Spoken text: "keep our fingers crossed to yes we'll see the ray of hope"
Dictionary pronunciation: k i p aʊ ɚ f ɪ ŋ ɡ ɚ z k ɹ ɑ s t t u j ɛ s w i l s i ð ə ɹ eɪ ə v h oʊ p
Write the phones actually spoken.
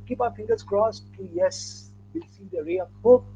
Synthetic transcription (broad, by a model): k i p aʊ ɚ f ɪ ŋ ɡ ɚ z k ɹ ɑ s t t u j ɛ s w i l s i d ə ɹ eɪ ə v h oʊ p